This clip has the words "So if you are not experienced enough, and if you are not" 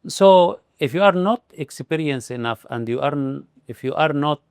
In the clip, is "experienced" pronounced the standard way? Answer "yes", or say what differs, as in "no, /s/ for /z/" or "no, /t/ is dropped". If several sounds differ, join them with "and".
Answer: no, /t/ is dropped